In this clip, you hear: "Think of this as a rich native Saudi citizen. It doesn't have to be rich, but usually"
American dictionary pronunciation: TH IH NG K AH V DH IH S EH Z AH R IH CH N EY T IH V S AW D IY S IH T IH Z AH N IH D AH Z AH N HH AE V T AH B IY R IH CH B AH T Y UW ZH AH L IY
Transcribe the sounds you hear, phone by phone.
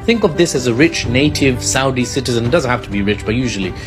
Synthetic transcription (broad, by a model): TH IH NG K AH V DH IH S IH Z AH R IH CH N EY T IH V S AW D IY S IH T IH Z AH N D AH Z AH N HH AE F T AH B IY R IH CH B AH T Y UW ZH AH L IY